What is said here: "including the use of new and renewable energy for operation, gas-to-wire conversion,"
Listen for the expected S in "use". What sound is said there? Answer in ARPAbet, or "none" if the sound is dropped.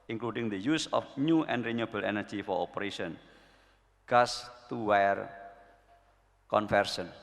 S